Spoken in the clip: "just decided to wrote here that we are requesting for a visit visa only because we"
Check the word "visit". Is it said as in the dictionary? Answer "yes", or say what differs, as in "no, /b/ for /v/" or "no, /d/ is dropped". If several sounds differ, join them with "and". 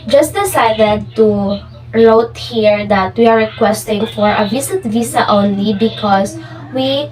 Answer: no, /s/ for /z/